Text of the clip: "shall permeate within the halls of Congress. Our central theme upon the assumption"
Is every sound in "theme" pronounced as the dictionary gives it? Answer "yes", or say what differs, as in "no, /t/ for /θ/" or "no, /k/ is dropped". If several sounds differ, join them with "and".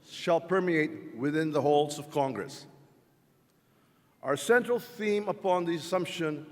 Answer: yes